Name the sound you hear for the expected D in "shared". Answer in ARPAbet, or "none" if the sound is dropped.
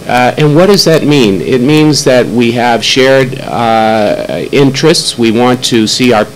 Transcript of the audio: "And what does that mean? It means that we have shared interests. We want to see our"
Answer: D